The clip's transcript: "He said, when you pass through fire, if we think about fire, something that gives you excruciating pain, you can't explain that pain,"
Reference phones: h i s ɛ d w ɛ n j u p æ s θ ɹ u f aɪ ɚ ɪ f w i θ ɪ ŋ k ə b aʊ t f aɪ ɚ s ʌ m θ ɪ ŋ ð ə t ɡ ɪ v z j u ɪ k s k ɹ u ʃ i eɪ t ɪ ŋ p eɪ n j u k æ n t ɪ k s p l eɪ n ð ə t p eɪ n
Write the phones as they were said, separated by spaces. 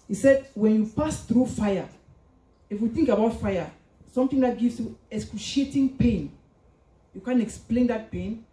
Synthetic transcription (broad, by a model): h i s ɛ d w ɛ n j u p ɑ s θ ɹ u f aɪ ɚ ɪ f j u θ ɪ ŋ k ə b aʊ t f aɪ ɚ s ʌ m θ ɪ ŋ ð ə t ɡ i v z j u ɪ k s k u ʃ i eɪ t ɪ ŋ p eɪ n j u k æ n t ɪ k s p l eɪ n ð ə t p eɪ n